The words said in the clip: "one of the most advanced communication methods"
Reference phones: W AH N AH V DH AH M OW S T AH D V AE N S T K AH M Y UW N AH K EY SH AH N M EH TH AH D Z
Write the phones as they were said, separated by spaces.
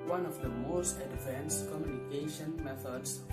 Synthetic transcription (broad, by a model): W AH N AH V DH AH M OW S T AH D F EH N S K AH M Y UW N AH K EY SH AH N M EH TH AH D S